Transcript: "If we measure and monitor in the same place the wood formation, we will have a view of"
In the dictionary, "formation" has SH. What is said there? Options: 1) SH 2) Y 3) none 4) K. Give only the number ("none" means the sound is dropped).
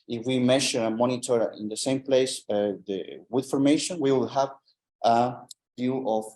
1